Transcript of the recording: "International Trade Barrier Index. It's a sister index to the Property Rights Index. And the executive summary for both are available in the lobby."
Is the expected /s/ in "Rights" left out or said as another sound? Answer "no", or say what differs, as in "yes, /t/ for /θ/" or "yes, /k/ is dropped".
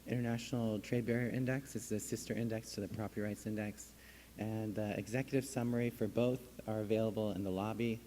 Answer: no